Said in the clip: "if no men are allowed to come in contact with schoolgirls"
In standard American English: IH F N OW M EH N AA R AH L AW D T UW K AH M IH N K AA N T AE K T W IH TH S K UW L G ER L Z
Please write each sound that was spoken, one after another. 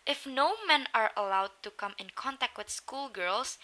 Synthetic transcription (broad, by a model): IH F N OW M EH N AA R AH L AW D T UW K AH M IH N K AA N T AE K T W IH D S K UW L G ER L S